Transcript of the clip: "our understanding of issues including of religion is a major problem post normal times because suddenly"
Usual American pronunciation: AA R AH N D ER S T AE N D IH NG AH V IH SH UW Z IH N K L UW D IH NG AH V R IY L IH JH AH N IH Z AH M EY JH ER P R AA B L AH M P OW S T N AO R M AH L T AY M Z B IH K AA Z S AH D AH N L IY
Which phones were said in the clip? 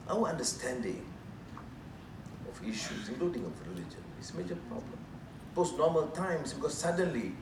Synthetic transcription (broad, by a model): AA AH N D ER S T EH N D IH NG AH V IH SH UW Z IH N K L UW D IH NG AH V R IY L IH JH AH N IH S AH M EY JH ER P R AA B L AH M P OW S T N AO M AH L T AY M S B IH K AA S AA D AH N L IY